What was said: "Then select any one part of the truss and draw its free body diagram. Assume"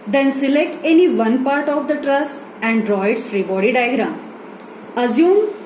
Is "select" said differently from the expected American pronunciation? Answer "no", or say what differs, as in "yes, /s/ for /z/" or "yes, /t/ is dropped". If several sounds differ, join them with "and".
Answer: no